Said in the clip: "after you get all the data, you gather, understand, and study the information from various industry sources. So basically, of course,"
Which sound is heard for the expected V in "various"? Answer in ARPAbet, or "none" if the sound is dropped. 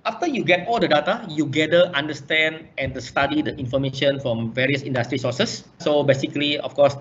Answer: V